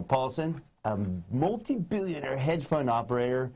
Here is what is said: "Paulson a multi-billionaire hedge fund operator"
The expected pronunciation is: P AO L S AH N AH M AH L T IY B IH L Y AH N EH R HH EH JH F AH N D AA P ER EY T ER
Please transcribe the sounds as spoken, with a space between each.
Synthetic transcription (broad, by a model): P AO L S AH N AH M AH L T IY B IH L Y AH N EH R HH EH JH F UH N AA P ER EY T ER